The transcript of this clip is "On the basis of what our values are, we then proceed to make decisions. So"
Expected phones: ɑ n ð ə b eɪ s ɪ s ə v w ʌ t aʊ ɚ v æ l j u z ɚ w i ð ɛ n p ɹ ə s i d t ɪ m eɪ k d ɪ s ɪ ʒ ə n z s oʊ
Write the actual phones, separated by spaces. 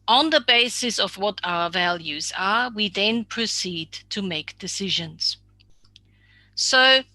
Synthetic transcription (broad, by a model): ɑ n ð ə b eɪ s ɪ s ə v w ʌ t aʊ ɚ v æ l j u z ɚ w i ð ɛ n p ɹ ə s i d t ɪ m eɪ k d ɪ s ɪ ʒ ə n z s oʊ